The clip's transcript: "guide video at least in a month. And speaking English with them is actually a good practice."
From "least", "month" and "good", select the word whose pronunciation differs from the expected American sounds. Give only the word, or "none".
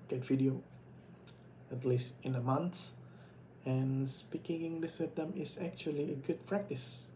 month